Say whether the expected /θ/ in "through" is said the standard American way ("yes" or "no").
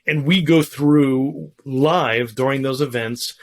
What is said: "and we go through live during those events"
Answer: yes